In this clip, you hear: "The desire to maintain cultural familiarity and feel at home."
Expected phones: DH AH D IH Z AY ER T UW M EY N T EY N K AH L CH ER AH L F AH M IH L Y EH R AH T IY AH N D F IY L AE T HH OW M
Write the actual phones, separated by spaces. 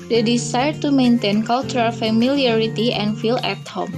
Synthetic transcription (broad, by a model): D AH D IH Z AY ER T UW M EY N T EY N K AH L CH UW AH L F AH M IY L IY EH R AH T IY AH N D F IY L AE T HH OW M